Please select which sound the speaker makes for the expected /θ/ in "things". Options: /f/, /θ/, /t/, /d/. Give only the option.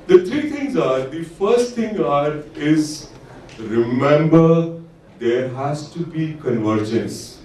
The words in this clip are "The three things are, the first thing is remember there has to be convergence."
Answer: /t/